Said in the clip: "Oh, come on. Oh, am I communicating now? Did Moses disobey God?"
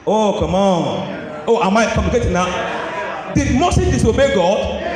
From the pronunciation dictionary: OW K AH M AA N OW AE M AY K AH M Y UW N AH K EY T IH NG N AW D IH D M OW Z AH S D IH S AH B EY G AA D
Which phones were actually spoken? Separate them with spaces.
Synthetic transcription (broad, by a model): OW K AH M AA N OW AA M AY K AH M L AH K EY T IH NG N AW D IH D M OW S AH D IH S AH B EY G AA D